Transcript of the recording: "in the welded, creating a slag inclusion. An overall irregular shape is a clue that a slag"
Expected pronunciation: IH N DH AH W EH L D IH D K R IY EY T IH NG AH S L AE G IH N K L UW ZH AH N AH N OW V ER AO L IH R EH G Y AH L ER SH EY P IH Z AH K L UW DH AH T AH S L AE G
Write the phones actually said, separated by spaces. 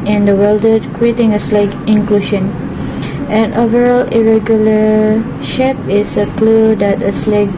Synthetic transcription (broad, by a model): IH N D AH W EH L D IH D K R IY EY T IH NG AH S L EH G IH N K L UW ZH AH N AH N OW V ER AO L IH R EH G Y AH L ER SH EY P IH S AH K L UW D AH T AH S L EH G